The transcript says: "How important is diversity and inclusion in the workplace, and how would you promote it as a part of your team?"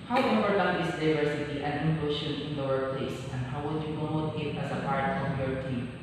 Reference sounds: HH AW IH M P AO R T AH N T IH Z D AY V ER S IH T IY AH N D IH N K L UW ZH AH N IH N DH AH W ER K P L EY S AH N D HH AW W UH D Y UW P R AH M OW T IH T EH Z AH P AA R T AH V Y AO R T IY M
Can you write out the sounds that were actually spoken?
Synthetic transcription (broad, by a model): HH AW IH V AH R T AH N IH S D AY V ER S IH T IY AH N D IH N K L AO SH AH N IH N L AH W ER P L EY S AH N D HH AW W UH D Y UW P R AH M OW T IH T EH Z AH P AA R T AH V Y AO R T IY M